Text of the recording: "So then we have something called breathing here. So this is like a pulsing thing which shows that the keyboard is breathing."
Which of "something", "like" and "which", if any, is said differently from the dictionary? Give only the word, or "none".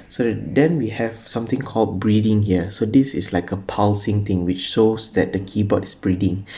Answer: something